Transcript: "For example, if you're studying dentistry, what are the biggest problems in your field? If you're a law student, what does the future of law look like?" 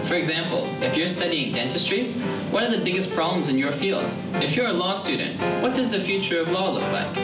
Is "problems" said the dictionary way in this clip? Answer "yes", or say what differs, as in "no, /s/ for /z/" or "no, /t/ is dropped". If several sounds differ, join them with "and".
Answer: yes